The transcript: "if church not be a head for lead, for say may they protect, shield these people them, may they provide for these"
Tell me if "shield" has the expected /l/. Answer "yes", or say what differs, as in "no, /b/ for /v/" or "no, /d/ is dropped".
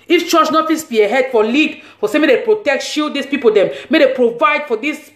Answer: no, /l/ is dropped